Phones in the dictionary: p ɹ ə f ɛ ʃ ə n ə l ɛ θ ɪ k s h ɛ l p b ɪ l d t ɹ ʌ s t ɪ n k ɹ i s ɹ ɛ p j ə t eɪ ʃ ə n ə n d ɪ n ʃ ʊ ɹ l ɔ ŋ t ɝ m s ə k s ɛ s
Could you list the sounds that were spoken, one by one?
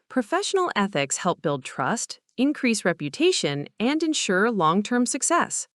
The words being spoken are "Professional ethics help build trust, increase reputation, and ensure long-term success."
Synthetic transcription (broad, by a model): p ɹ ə f ɛ ʃ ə n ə l ɛ θ ɪ k s h ɛ l p b ɪ l d t ɹ ʌ s t ɪ n k ɹ i s ɹ ɛ p j ə t eɪ ʃ ə n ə n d ɪ n ʃ ʊ ɹ l ɔ ŋ t ɝ m s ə k s ɛ s